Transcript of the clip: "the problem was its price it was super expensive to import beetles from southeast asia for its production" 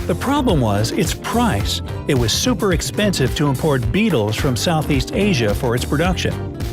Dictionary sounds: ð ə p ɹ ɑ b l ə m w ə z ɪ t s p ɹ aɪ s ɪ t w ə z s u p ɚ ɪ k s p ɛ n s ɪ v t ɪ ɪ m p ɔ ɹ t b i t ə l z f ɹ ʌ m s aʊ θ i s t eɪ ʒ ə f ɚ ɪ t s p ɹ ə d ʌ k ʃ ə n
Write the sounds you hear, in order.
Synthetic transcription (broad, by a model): ð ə p ɹ ɑ b l ə m w ə z ɪ t s p ɹ aɪ s ɪ t w ə z s u p ɚ ɪ k s p ɛ n s ɪ v t ɪ ɪ m p ɔ ɹ t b i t l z f ɹ ʌ m s aʊ θ i s t eɪ ʒ ə f ɚ ɪ t s p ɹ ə d ʌ k ʃ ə n